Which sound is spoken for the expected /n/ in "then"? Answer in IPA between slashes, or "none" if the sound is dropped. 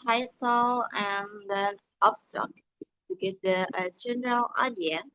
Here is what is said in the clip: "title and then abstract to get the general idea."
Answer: none